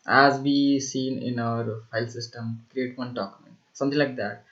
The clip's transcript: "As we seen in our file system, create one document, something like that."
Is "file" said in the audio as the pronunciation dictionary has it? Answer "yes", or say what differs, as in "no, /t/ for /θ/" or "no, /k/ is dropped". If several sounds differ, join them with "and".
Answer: no, /p/ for /f/